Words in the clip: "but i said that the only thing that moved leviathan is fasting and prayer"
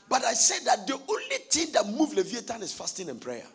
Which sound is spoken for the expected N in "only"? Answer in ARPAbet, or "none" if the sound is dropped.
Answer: N